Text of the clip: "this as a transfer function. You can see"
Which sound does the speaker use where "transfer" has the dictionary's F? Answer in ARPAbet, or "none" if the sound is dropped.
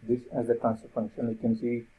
none